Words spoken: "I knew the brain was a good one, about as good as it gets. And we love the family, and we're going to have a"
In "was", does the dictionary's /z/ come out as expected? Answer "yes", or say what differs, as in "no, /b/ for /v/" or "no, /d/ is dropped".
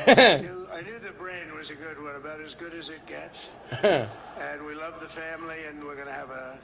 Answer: yes